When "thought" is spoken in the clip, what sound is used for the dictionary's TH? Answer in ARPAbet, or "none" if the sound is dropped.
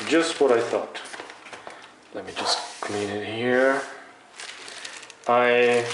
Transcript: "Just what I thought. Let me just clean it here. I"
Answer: TH